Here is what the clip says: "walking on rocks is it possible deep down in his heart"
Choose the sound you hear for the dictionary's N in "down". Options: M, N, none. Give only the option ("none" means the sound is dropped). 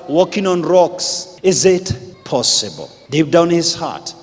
none